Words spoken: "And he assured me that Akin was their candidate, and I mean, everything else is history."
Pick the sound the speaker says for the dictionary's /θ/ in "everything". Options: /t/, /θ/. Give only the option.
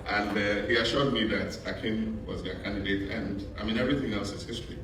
/θ/